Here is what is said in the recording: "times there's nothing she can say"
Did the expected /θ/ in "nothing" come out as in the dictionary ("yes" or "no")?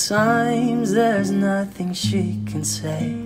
yes